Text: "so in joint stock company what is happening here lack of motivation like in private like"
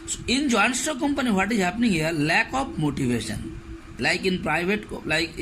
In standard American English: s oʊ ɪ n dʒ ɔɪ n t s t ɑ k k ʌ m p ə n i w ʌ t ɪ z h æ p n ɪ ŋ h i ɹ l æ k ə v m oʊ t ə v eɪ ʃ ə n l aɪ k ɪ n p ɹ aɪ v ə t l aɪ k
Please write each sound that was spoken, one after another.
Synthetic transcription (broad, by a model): s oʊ ɪ n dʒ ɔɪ n s t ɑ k k ʌ m p ə n i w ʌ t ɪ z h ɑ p n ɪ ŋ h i l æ k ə p m oʊ t ə v eɪ ʃ ə n l aɪ k ɪ n p ɹ aɪ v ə t l aɪ k